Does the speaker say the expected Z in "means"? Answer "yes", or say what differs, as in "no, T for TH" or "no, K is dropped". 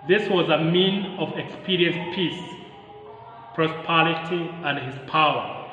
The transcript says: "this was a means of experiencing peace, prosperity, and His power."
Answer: no, Z is dropped